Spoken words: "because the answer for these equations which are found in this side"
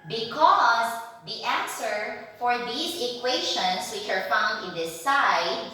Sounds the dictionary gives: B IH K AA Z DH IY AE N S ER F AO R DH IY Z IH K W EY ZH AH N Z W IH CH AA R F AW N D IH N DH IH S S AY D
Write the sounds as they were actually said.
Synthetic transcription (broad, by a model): B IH K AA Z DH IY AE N S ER F AO R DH IY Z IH K W EY SH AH N S W IH CH AA R F AW N D IH N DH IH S S AY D